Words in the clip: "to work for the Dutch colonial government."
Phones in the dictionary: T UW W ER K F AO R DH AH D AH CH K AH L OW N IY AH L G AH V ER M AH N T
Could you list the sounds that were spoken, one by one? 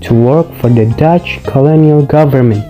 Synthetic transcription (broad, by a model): T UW W ER K F AO R DH AH D AH CH K AH L OW N IY AH L G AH V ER M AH N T